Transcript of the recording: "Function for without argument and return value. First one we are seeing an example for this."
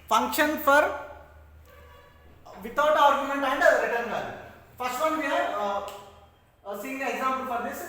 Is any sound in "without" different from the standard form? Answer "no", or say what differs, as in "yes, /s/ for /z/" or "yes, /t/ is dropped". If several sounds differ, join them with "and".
yes, /t/ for /θ/